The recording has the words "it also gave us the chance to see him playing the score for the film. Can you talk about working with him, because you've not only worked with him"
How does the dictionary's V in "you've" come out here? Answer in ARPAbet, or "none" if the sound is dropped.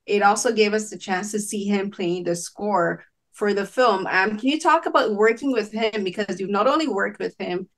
V